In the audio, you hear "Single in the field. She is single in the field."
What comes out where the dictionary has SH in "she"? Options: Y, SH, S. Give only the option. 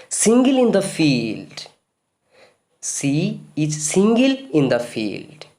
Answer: S